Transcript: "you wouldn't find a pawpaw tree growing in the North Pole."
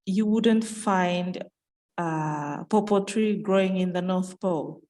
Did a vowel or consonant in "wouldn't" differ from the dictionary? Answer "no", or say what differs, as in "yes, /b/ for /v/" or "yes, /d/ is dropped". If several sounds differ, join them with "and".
no